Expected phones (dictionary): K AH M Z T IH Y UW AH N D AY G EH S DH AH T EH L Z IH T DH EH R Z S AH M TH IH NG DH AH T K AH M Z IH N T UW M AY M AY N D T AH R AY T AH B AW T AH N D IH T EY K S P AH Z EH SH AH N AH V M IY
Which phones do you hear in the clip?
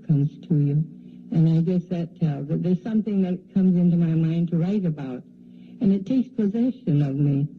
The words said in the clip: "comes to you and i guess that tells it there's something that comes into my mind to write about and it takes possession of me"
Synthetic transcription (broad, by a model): K AH M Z T IH Y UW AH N AY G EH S DH AH T EH L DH IH T DH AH R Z S AH M TH IH NG DH AH T K AH M Z IH N T UW M AY M AY N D T AH R AY T AH B AW T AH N IH T EY K S P AH Z EH SH AH N AH V M IY